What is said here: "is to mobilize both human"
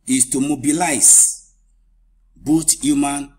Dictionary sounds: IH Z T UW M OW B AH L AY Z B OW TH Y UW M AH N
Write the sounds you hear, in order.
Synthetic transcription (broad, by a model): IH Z T UW M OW B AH L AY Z B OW T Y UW M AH N